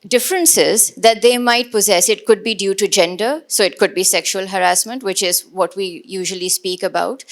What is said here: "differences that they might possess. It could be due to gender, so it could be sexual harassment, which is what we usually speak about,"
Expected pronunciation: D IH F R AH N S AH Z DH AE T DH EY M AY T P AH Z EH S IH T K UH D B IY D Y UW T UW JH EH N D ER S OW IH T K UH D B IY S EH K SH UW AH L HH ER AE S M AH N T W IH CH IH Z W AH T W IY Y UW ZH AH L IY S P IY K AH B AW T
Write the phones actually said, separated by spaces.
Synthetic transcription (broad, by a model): D IH F R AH N S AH Z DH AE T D EY M AY T P AH Z EH S IH T K UH D B IY D Y UW T UW JH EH N D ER S OW IH T K UH D B IY S EH K SH UW AH L HH ER AE S M AH N T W IH CH IH Z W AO T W IY Y UW ZH AH L IY S P IY K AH B AW T